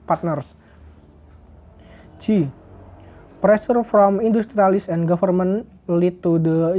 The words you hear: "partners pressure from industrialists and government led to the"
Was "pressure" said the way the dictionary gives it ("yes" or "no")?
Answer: no